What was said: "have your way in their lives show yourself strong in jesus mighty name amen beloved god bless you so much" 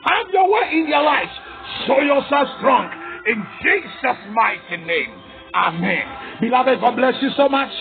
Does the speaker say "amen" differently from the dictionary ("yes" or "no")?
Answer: no